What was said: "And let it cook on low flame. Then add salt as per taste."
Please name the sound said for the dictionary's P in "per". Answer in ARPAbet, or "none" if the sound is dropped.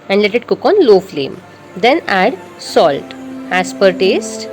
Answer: P